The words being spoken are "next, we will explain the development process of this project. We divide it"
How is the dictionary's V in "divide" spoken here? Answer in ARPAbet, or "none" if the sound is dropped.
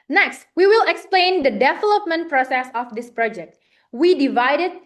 V